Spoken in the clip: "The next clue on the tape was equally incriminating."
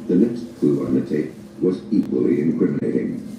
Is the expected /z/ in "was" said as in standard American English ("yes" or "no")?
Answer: yes